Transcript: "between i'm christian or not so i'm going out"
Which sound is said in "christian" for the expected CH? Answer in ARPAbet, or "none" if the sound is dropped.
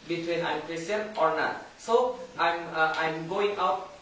none